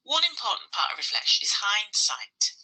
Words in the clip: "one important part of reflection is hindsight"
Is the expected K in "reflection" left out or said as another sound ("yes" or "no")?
yes